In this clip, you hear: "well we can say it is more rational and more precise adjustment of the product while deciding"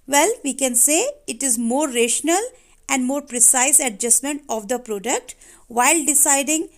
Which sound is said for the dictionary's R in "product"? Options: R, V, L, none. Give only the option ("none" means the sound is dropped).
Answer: R